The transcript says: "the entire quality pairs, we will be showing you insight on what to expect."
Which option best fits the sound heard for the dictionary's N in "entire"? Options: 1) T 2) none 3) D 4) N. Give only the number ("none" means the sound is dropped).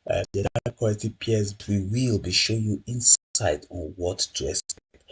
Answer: 2